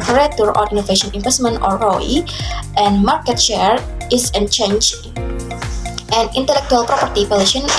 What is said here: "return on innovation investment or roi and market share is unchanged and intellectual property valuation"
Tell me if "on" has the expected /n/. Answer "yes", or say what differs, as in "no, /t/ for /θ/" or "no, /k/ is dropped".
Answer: no, /l/ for /n/